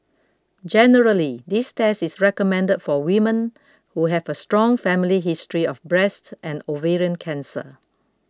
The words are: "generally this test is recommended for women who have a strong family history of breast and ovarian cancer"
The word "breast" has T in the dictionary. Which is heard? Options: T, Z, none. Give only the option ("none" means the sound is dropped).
T